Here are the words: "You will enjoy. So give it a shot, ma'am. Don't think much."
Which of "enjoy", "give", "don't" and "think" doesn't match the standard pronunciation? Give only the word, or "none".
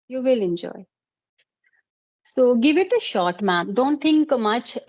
think